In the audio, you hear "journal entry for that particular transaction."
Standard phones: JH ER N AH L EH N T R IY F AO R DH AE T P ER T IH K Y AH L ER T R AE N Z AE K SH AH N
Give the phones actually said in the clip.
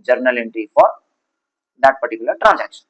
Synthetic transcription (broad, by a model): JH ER N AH L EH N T IY F AO R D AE T P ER T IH K Y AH L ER T R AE N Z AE K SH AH N